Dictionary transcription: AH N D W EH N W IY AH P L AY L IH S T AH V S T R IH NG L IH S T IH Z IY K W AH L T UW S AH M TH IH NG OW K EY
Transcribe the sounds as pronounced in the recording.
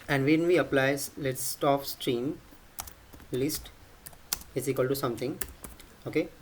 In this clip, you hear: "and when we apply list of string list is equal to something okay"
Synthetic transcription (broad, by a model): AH N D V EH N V IY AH P L AY L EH S T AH P S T R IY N L IH S T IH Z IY K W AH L T UW S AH M T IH NG OW K EY